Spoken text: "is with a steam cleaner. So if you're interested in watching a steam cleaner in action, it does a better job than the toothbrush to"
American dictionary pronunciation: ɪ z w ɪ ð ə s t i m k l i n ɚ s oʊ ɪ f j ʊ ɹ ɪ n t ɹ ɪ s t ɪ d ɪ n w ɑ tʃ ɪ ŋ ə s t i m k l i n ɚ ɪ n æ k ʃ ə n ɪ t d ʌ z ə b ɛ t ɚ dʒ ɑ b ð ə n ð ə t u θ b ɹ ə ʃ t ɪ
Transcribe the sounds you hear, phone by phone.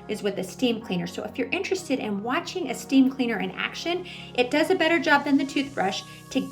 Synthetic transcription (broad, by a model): ɪ z w ɪ ð ə s t i m k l i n ɚ s oʊ ɪ f j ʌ ɹ ɪ n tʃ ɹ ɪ s t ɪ d ɪ n w ɑ tʃ ɪ ŋ ə s t i m k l i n ɚ ɪ n æ k ʃ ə n ɪ t d ʌ z ə b ɛ t ɚ dʒ ɑ b ð ə n ð ə t u θ b ɹ ə ʃ t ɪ